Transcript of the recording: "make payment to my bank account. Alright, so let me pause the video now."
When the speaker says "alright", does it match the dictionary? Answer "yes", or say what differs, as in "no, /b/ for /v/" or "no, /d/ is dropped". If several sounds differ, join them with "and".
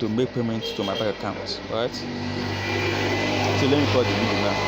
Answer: no, /l/ is dropped